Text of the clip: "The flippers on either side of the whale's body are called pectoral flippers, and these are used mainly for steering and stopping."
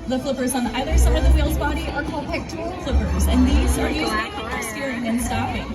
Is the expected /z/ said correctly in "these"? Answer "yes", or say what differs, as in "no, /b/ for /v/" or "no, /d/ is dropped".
yes